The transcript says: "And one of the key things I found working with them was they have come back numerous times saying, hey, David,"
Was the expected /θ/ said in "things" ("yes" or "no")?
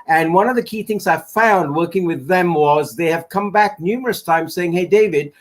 yes